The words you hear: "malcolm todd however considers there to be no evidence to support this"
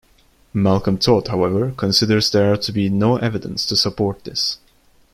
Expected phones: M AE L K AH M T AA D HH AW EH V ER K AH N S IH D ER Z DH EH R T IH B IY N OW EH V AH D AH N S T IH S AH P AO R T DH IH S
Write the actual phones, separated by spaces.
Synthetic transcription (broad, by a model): M AE L K AH M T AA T HH AW EH V ER K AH N S IH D ER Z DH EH R T IH B IY N OW EH V AH D AH N S T IH S AH P AO R T DH IH S